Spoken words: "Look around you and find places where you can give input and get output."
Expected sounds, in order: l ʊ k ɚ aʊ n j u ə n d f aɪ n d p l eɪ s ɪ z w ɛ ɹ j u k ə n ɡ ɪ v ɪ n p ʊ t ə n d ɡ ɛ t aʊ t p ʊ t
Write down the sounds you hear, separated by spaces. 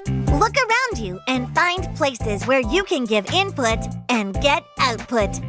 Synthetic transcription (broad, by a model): l ʊ k ɚ aʊ n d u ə n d f aɪ n d p l eɪ s ɪ z w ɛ ɹ j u k ə n ɡ ɪ v ɪ n p ʊ t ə n ɡ ɛ t aʊ t p ʊ t